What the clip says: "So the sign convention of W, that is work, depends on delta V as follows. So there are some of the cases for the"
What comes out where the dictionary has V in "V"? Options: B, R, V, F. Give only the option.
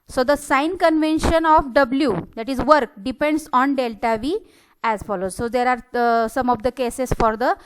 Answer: V